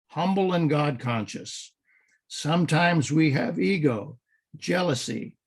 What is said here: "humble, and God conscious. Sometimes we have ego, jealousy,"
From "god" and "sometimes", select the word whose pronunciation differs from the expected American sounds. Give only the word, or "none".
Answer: none